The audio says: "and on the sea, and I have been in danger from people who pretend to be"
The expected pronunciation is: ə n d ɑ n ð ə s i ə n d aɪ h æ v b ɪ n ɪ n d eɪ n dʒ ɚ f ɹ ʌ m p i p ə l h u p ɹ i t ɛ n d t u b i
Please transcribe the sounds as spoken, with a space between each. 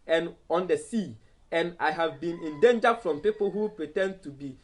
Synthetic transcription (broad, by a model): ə n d ɑ n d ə s i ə n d aɪ h æ v b ɪ n ɪ n d eɪ n dʒ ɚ f ɹ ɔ m p i p ə l h u p ɹ i t ɛ n d t u b i